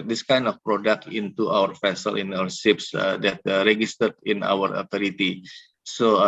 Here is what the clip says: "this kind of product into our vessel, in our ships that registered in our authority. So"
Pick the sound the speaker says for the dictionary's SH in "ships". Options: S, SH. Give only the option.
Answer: S